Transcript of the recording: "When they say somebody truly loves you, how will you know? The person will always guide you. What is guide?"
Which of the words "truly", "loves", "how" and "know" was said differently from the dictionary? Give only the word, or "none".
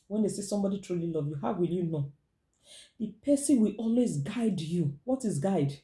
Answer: loves